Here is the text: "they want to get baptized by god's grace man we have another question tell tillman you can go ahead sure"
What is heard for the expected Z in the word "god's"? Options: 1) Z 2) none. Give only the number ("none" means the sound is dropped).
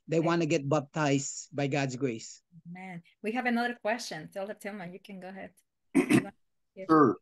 1